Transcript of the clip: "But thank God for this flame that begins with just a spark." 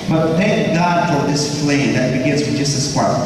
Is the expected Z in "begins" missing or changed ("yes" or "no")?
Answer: no